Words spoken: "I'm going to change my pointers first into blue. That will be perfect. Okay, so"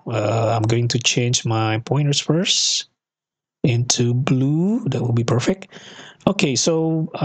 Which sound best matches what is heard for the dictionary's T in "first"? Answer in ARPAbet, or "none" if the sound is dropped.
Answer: none